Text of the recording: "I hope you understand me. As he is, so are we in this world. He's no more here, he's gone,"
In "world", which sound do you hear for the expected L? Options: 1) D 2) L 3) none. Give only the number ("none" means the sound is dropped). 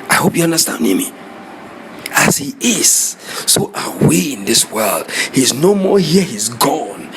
2